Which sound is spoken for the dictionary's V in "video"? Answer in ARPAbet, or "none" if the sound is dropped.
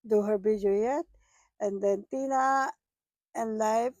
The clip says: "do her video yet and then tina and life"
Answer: B